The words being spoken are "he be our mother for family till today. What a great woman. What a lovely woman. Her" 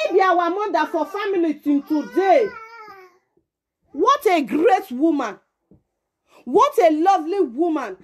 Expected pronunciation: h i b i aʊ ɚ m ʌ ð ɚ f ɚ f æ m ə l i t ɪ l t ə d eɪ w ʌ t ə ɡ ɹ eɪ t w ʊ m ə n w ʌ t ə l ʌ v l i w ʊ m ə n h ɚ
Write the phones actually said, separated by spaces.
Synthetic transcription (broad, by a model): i b i aʊ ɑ m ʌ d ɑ f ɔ f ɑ m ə l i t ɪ n t ə d eɪ w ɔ t ə ɡ ɹ eɪ t w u m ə n w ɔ t ə l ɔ v l i w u m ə n